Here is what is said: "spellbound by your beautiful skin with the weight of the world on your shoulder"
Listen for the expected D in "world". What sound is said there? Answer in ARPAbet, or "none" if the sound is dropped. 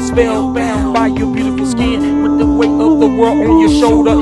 none